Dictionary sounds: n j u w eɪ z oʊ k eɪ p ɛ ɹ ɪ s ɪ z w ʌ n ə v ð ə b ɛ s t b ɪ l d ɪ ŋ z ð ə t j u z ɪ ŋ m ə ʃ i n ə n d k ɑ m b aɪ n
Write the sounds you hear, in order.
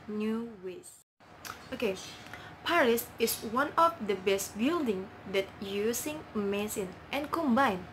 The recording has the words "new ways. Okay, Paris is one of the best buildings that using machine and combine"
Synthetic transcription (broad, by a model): n j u w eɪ s oʊ k eɪ p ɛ ɹ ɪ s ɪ s w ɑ n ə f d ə b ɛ s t b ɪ l d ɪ ŋ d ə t j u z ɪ ŋ m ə s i n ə n k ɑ m b aɪ n